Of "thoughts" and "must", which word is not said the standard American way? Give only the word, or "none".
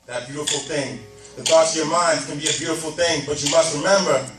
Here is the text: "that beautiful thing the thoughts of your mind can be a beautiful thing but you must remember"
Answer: none